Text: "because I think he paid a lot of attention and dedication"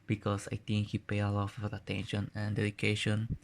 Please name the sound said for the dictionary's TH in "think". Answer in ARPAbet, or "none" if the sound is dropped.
T